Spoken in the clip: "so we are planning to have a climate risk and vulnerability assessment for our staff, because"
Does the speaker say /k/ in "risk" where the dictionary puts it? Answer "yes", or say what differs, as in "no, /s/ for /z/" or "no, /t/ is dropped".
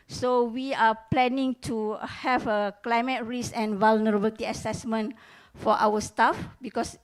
no, /k/ is dropped